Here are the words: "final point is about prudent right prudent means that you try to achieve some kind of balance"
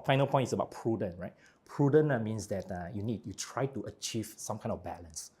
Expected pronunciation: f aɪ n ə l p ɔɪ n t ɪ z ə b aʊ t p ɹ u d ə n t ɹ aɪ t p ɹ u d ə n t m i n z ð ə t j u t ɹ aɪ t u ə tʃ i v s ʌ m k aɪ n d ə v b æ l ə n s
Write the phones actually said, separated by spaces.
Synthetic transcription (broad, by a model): f aɪ n ə l p ɔɪ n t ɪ s ə b aʊ t p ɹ u d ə n ɹ aɪ t p ɹ u d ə n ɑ m i n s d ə t j u t ɹ aɪ t u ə tʃ i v s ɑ m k aɪ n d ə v b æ l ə n s